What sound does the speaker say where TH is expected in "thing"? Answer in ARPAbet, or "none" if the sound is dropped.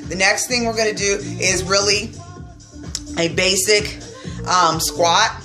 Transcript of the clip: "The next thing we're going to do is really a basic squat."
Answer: TH